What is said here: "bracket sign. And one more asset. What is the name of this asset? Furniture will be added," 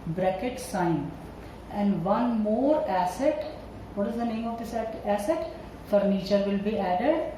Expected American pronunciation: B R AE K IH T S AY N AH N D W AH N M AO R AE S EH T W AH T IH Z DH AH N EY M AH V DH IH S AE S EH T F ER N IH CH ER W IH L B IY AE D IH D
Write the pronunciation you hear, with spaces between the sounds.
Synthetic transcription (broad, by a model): B R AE K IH T S AY N AH N D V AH N M AO R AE S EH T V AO T IH Z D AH N EY M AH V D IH S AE S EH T F ER N IH CH ER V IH L B IY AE D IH D